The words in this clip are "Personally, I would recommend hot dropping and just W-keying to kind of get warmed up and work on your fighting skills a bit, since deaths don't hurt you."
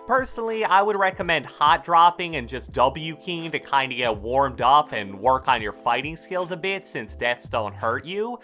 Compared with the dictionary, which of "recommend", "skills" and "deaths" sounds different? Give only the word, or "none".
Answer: none